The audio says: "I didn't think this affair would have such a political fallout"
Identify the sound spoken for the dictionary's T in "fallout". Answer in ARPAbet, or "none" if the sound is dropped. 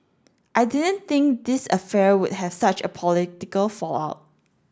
T